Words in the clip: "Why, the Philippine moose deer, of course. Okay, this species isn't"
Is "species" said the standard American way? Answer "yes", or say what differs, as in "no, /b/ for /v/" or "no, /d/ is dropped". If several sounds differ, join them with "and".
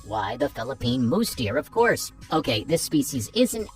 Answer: yes